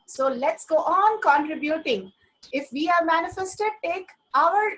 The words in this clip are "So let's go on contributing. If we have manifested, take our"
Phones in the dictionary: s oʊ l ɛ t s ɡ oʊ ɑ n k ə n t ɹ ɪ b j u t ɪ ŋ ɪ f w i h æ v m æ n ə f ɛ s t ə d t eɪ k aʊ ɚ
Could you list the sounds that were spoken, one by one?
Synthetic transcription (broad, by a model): s oʊ l ɛ t s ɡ oʊ ɑ n k ə n t ɹ ɪ b j u t ɪ ŋ ɪ f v i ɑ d m æ n ə f ɛ s t ə d t eɪ k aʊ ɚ